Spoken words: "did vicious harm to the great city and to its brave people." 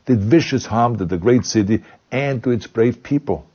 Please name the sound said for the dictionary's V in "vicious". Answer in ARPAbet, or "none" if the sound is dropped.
V